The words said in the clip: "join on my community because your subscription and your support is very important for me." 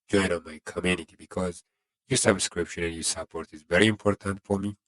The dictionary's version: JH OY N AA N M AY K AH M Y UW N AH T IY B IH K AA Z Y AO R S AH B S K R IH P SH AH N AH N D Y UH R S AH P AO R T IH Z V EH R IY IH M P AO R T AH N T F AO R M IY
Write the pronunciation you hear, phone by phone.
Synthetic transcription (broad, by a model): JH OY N AA N M AY K AH M Y UW N AH T IY B IH K AA Z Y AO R S AH B S K R IH P SH AH N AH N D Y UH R S AH P AO R T IH Z V EH R IY IH M P AO R T AH N T F AO R M IY